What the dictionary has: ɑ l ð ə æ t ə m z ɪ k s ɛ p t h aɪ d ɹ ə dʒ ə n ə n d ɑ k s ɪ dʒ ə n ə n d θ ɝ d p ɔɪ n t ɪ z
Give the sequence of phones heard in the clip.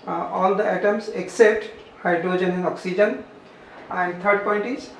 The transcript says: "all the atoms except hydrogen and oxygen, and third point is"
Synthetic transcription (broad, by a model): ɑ l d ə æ t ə m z ɪ k s ɛ p t h aɪ d ɹ ə dʒ ə n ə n ɑ k s ɪ dʒ ə n ə n d t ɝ d p ɔɪ n t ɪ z